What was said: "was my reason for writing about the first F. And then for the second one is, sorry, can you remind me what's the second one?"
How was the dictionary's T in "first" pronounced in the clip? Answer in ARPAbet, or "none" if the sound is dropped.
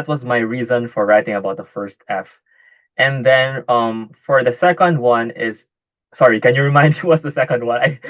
T